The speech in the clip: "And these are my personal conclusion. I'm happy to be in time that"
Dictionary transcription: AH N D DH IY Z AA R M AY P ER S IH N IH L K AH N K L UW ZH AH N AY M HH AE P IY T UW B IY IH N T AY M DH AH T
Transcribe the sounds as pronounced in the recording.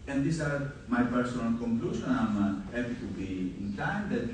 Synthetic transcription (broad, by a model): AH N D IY S AA R M AY P ER S IH N IH L K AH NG K L UW SH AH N AY M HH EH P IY T UW B IY IH N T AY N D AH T